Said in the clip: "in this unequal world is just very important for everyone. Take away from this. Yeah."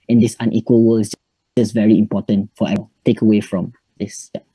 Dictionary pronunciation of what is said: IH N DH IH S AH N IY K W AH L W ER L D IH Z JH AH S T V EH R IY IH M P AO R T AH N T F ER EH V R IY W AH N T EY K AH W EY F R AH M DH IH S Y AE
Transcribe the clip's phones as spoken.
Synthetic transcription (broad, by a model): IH N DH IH S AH N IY K W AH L W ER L IH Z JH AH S V EH R IY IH M P AO T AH N T F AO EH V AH T EY K AH W EY F R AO M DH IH S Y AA